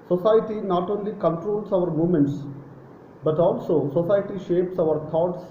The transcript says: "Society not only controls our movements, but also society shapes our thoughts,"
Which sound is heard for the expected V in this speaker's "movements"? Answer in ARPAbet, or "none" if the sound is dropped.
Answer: none